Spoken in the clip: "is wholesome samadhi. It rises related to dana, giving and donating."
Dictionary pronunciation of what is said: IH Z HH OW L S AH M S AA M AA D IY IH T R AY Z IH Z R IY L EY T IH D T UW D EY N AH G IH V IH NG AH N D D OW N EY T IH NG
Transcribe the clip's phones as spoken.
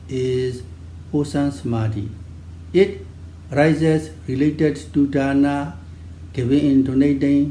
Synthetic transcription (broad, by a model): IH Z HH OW S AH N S M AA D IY IH T R AY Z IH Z R IY L EY T IH D T UW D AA N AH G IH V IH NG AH N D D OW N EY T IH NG